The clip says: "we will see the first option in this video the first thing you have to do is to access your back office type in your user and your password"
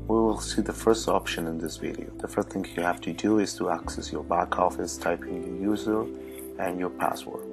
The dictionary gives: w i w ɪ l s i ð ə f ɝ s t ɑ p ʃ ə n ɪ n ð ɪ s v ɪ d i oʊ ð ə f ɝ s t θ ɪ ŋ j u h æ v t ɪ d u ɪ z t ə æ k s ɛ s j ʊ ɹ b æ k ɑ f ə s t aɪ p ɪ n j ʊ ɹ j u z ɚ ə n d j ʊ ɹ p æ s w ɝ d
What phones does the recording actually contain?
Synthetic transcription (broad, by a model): w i w ɪ l s i ð ə f ɝ s t ɑ p ʃ ə n ɪ n ð ɪ s v ɪ d i oʊ ð ə f ɝ s t θ ɪ ŋ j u h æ f t ɪ d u ɪ z t ə æ k s ɛ s j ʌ ɹ b æ k ɑ f ə s t aɪ p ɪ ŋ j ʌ ɹ j u z ɚ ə n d j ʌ ɹ p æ s w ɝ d